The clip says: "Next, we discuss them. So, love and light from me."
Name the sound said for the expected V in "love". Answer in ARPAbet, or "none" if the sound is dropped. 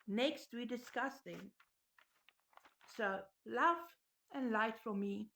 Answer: F